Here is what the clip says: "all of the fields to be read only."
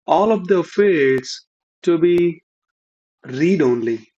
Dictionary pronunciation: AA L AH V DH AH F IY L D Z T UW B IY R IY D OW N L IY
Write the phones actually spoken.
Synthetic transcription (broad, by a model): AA L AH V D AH F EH D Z T UW B IY R IY D OW N L IY